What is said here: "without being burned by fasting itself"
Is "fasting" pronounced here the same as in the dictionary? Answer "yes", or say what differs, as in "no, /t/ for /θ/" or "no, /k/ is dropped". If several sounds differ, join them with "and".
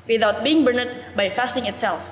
yes